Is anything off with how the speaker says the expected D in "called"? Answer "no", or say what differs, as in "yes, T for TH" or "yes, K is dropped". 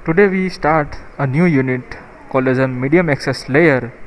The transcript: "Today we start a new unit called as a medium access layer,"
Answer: yes, D is dropped